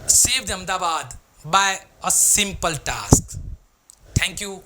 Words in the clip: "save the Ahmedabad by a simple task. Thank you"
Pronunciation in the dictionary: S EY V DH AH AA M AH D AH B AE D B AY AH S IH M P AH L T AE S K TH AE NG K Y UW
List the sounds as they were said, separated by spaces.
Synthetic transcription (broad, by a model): S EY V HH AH M D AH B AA D B AY AH S IH M P AH L T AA S K T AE NG K Y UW